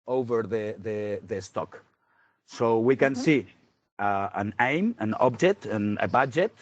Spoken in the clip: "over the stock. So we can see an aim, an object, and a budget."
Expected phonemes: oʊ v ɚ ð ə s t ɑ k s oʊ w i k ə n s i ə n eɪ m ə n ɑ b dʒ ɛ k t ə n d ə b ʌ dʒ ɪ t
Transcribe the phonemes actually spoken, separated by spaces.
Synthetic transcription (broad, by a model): oʊ v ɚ ð ə s t ɑ k s oʊ w i k ə n s i ə n eɪ m ə n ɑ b dʒ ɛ t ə n ə b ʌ dʒ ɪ t